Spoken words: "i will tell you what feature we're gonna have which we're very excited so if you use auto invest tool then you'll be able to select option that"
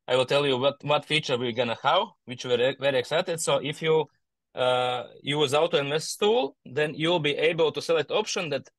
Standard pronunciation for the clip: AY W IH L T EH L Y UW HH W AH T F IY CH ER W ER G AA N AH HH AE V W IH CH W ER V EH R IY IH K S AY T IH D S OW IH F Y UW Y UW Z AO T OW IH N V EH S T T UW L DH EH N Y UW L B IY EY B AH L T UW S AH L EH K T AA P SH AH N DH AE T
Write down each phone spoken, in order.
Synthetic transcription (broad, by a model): AY W IH L T EH L Y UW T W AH T F IY CH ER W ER G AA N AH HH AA W W IH CH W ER V EH R IY IH K S AY T IH D S OW IH F Y UW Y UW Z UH T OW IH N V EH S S T UW L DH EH N Y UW L B IY EY B AH L T UW S AH L EH K T AA P SH AH N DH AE T